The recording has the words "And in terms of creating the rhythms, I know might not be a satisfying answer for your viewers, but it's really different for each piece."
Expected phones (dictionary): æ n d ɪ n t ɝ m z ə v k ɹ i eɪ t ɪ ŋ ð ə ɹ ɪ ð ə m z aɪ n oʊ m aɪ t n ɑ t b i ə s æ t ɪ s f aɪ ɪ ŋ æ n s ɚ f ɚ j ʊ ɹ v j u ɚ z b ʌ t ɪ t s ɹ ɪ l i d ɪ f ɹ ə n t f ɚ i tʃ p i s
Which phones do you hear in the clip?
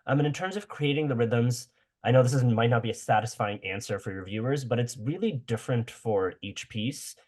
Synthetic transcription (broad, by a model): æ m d ɪ n t ɝ m z ə v k ɹ i eɪ t ɪ ŋ ð ə ɹ ɪ ð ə m z aɪ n oʊ m aɪ t n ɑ t b i ə s æ t ɪ s f aɪ ɪ ŋ æ n s ɚ f ɚ j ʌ ɹ v j u ɚ z b ʌ t ɪ t s ɹ ɪ l i d ɪ f ɹ ə n t f ɚ i tʃ p i s